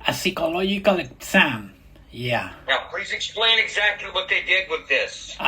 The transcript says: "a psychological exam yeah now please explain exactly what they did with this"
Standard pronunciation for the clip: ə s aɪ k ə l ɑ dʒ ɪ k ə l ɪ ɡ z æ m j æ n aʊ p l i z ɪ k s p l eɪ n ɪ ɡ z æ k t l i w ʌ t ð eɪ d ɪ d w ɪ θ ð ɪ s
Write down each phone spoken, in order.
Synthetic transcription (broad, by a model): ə s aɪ k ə l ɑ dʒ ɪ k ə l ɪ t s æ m j æ n aʊ p l i z ɪ k s p l eɪ n ɪ ɡ z æ k t l i w ʌ t ð eɪ d ɪ d w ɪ ð ɪ s